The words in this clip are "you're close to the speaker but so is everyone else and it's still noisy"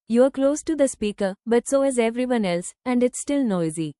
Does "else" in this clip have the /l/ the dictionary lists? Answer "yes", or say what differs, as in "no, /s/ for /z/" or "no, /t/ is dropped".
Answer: yes